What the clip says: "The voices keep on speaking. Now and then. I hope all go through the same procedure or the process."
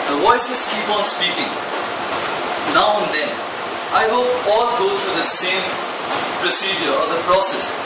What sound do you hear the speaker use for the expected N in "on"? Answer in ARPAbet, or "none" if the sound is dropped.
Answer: N